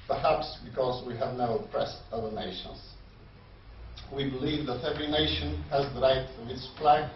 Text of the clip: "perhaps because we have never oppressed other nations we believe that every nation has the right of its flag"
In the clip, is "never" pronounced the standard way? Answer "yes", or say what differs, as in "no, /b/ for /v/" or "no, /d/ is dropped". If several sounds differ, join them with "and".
no, /v/ is dropped